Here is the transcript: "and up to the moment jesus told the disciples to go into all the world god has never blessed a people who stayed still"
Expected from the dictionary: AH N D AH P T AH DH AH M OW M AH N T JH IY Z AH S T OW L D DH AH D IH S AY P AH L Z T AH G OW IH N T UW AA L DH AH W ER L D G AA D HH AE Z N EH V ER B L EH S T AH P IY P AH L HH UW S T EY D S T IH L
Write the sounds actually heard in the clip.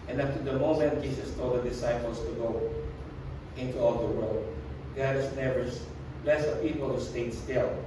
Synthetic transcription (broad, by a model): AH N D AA F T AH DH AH M OW M AH N T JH IY S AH S T OW L D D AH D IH S AY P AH L S T AH G OW IH N T UW AA L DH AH W ER L D G AA D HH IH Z N EH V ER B L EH S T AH P IY P AH L HH UW S T EY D S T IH L